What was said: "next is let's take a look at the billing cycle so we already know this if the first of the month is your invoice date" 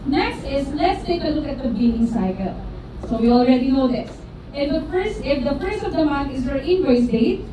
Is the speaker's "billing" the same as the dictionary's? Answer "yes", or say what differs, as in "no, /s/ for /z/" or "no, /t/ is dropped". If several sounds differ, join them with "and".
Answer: no, /n/ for /l/